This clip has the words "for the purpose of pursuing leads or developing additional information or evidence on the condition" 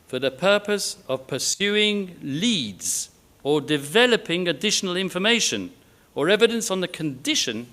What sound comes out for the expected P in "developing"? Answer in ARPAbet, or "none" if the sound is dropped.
P